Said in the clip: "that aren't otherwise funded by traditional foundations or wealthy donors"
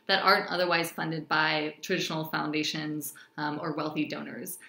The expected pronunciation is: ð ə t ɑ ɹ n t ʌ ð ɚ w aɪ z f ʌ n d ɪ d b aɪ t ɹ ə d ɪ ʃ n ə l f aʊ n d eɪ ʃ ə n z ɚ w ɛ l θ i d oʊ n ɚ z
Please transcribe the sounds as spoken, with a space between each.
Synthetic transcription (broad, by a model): ð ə t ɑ ɹ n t ʌ ð ɚ w aɪ z f ʌ n d ɪ d b aɪ t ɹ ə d ɪ ʃ n l f aʊ n d eɪ ʃ ə n z ɚ w ɛ l θ i d oʊ n ɚ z